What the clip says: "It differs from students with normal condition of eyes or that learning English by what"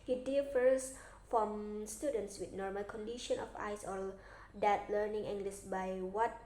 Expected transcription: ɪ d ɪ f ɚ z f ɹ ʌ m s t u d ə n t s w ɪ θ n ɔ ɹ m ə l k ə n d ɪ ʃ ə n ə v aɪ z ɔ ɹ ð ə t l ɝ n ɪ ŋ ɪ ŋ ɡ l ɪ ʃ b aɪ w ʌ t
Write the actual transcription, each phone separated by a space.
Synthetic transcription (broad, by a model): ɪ d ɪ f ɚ s f ɹ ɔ m s t u d ə n t s w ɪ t n ɔ ɹ m ə l k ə n d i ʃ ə n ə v aɪ s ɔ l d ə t l ɝ n ɪ ŋ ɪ ŋ ɡ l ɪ s b aɪ w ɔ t